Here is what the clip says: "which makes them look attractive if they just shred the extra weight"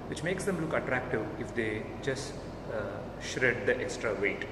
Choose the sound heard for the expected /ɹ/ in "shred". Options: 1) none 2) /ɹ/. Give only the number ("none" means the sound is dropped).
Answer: 2